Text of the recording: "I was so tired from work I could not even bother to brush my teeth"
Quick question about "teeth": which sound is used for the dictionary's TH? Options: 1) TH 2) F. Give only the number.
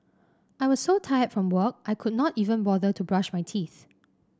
1